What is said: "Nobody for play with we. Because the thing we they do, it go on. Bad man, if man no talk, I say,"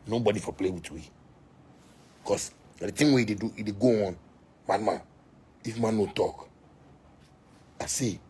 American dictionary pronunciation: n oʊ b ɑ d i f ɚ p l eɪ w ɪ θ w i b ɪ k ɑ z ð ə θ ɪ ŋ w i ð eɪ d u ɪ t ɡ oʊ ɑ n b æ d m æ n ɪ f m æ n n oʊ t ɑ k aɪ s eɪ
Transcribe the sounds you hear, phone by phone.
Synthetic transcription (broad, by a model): n oʊ b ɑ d i f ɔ p l eɪ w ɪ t w i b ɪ k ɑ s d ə t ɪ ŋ w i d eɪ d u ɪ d ɡ oʊ ɑ n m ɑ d m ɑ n ɪ f m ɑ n n oʊ t ɑ k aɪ s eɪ